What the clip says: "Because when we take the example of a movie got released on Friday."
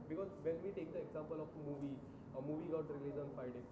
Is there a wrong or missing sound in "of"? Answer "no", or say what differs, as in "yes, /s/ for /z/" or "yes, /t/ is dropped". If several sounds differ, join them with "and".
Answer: no